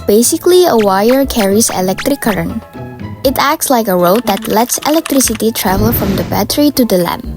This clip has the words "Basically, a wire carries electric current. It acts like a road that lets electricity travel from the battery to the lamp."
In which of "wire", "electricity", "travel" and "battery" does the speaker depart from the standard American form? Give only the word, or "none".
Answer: none